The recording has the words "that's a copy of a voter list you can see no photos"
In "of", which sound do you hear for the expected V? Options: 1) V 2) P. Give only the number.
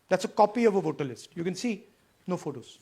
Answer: 1